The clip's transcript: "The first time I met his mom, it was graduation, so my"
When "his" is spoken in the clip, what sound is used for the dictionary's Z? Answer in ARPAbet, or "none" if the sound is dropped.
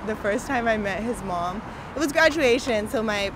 Z